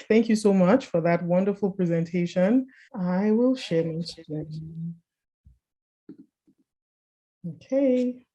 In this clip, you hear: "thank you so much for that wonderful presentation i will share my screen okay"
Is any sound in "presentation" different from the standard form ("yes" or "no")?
no